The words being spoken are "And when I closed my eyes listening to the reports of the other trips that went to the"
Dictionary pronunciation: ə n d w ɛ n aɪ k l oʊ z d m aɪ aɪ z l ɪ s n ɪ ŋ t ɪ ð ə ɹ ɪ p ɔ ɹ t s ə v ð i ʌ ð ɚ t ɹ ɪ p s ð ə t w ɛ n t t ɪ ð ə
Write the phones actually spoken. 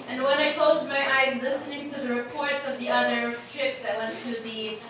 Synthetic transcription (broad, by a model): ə n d w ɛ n aɪ k l oʊ z d m aɪ aɪ z l ɪ s n ɪ ŋ t ɪ ð ə ɹ ɪ p ɔ ɹ t s ə v ð i ʌ ð ɚ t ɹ ɪ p s ð ə t w ɛ n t t ɪ ð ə